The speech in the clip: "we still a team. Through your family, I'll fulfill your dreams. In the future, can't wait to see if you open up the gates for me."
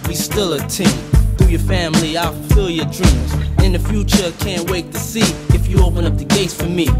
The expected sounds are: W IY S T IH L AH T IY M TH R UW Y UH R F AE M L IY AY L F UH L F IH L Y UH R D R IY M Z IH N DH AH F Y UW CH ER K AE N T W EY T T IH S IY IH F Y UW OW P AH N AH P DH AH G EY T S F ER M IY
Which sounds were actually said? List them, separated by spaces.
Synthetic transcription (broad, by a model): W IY S T IH L AH T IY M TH UW Y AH R F AE M L IY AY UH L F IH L Y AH R D R IY M Z IH N DH AH F Y UW CH ER K AE N T W EY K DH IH S IY IH F Y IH OW P AH N AH P DH AH G EY T S F ER M IY